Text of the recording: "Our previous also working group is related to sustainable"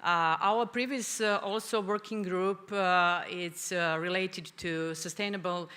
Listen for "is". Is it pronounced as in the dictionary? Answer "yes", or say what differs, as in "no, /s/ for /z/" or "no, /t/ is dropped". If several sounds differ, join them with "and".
no, /s/ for /z/